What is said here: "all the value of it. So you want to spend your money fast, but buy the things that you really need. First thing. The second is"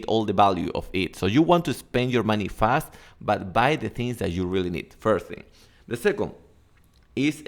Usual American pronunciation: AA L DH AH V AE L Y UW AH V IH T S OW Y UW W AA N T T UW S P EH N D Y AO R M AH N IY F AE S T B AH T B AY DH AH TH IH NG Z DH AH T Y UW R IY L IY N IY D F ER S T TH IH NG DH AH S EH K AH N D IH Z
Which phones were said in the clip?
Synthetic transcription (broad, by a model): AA L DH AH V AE L Y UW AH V IH T S OW Y UW W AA N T T UW S P EH N D Y AO R M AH N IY F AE S T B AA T B AY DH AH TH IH NG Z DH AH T Y UW R IY L IY N IY D F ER S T TH IH NG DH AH S EH K AH N D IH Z